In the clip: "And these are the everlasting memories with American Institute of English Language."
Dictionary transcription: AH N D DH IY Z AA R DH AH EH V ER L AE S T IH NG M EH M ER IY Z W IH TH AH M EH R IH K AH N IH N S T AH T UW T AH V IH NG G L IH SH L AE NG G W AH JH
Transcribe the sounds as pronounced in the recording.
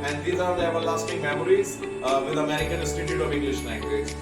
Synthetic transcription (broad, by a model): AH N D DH IY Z AA R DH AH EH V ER L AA S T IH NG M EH M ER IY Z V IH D AH M EH R IH K AH N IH S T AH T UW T AH V IH NG G L IH SH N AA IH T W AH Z